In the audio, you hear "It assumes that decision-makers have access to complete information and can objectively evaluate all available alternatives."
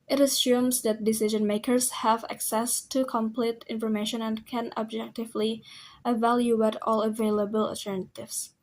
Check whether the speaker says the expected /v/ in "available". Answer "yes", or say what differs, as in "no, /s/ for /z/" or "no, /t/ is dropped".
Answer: yes